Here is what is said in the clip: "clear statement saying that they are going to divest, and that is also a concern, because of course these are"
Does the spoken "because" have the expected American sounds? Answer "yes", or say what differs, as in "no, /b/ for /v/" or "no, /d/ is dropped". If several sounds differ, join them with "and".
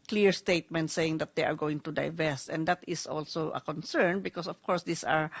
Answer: no, /s/ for /z/